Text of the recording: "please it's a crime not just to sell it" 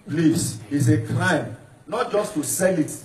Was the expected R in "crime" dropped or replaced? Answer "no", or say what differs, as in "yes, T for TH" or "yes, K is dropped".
yes, L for R